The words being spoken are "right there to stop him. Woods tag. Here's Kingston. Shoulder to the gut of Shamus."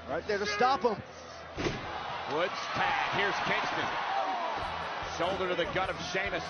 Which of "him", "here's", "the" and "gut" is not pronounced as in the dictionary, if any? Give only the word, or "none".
none